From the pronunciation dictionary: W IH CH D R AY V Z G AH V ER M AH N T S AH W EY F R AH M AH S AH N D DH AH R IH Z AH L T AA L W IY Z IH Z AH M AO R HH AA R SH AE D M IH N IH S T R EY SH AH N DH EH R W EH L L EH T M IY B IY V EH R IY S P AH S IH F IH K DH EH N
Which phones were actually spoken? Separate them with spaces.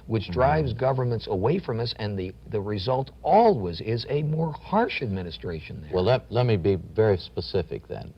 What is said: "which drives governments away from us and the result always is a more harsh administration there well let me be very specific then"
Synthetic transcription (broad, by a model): W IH CH D R AY V Z G AH V ER M AH N T S AH W EY F R AH M AH S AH N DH DH AH R IH Z AH L T AA L W IY Z IH Z AH M AO R HH AA R SH AE D M IH N IH S T R EY SH AH N DH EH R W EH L L EH T M IY B IY V EH R IY S P AH S IH F IH K DH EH N